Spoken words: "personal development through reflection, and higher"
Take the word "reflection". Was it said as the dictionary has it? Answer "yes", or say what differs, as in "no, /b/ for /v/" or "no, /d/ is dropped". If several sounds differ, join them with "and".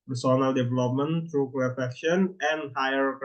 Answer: no, /l/ is dropped